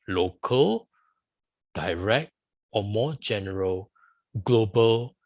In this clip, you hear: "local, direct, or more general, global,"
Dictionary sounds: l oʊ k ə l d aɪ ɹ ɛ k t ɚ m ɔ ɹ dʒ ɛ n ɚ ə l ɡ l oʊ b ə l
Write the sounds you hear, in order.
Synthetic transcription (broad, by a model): l oʊ k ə l d aɪ ɹ ɛ k t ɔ m ɔ dʒ ɛ n ɚ ə l ɡ l oʊ b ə l